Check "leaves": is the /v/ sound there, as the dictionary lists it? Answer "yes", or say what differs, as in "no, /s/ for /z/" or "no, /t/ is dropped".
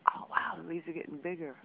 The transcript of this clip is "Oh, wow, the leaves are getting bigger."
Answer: no, /v/ is dropped